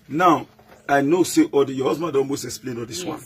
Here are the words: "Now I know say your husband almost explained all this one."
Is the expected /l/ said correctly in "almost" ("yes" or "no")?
no